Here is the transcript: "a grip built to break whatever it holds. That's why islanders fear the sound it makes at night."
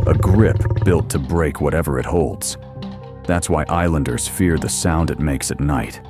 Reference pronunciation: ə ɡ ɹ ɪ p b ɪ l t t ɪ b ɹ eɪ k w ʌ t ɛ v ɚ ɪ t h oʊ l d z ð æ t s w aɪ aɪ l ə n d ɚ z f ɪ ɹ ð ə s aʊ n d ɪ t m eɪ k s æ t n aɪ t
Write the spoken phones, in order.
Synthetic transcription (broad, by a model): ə ɡ ɹ ɪ p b ɪ l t t ɪ b ɹ eɪ k w ʌ t ɛ v ɚ ɪ t h oʊ l d z ð æ t s w aɪ aɪ l ə n d ɚ z f ɪ ɹ ð ə s aʊ n d ɪ t m eɪ k s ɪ t n aɪ t